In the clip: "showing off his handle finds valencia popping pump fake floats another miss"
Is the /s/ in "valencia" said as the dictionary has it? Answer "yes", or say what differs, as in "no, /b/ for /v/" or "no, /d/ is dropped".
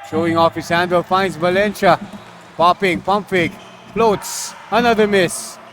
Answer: no, /ʃ/ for /s/